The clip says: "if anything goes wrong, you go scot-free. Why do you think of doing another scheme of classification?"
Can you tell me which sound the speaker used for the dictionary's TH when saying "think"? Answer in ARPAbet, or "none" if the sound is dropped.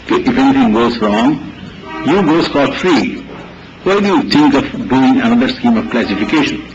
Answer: T